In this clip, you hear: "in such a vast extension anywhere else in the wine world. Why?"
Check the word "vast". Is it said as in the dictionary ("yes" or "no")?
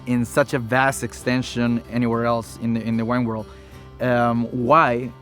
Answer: yes